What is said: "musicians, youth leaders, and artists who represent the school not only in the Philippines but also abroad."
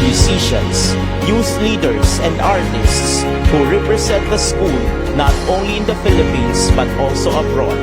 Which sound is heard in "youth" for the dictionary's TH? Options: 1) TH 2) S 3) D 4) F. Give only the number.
2